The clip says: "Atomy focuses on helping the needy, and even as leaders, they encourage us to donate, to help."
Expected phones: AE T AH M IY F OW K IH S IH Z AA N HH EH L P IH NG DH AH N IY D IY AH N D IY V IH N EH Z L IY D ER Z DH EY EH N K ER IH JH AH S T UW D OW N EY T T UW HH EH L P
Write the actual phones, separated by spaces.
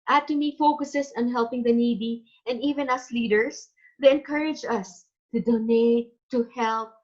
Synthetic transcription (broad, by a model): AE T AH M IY F OW K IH S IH S AA N HH EH L P IH NG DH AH N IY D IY AH N D IY V IH N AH S L IY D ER S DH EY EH N K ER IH JH AH S T UW D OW N EY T T UW HH EH L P